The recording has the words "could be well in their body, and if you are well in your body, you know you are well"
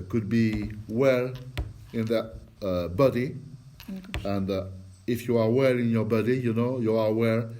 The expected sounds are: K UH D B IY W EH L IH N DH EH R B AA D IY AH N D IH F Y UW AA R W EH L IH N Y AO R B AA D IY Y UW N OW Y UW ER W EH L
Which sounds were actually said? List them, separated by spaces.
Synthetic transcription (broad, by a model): K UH D B IY W EH L IH N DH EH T B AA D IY AH N D IH F Y UW AA R W EH L IH N Y AO R B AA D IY Y UW N OW Y UW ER W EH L